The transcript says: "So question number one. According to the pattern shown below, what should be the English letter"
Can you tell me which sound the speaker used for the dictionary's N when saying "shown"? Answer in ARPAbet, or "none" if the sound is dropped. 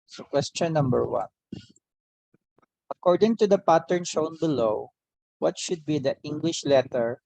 N